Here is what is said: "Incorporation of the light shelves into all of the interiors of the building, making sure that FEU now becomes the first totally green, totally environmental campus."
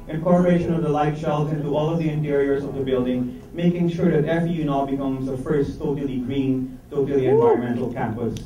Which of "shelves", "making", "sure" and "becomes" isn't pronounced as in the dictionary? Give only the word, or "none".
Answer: shelves